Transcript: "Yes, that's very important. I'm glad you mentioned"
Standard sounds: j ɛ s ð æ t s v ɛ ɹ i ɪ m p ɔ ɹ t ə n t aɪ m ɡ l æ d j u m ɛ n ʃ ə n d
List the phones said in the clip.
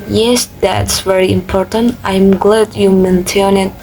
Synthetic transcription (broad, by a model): j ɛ s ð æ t s v ɛ ɹ i ɪ m p ɔ ɹ t ə n t aɪ m ɡ l æ d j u m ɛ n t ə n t